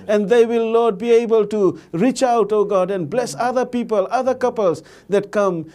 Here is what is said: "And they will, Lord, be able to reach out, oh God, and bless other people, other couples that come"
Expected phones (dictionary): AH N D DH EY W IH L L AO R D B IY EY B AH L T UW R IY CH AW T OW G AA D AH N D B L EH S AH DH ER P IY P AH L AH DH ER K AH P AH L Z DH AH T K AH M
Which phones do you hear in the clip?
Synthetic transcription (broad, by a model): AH N D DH EY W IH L L AO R D B IY EY B AH L T UW R IY CH AW T OW G AA D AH N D B L EH S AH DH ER P IY P AH L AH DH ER K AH P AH L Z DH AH T K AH M